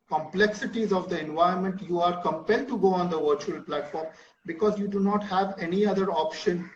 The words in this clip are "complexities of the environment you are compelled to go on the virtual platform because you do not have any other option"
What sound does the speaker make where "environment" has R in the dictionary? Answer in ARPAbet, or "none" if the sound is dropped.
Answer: none